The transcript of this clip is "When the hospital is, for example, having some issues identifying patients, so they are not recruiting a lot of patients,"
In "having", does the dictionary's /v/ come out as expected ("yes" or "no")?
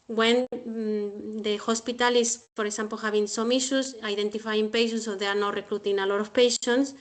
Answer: no